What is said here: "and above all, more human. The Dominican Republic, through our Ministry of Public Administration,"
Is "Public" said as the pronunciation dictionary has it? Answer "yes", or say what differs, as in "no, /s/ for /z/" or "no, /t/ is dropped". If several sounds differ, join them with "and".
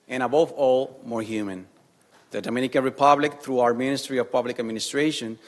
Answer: yes